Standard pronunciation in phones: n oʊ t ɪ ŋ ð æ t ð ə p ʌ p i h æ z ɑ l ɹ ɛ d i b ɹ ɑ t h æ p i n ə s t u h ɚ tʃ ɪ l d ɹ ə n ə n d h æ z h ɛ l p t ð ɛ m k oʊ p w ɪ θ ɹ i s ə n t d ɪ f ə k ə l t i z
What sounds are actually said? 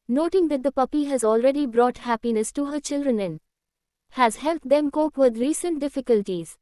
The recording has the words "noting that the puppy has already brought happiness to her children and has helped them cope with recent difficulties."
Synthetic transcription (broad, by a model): n oʊ t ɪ ŋ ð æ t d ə p ʌ p i h æ z ɑ l ɹ ɛ d i b ɹ ɑ t h æ p i n ə s t u h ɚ tʃ ɪ l d ɹ ə n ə n h æ z h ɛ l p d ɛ m k oʊ p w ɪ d ɹ i s ə n t d ɪ f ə k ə l t i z